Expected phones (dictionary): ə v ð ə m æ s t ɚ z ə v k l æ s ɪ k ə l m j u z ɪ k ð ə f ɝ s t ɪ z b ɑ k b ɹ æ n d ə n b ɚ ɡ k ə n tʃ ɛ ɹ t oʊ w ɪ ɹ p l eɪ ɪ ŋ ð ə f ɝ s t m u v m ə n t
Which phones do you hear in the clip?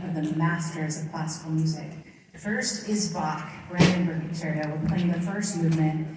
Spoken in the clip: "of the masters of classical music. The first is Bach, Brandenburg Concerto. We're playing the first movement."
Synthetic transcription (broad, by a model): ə v ð ə m æ s t ɚ z ə v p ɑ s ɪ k l m j u z ɪ k ð ə f ɝ s t ɪ z b ɑ k ɹ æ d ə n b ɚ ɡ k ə tʃ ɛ ɹ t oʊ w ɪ l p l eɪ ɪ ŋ ð ə f ɝ s t m u v m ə n t